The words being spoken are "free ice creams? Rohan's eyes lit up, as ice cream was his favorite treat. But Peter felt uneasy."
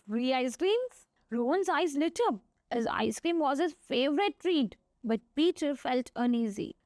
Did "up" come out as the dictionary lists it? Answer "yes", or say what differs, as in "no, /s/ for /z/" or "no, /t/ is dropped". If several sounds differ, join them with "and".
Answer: no, /b/ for /p/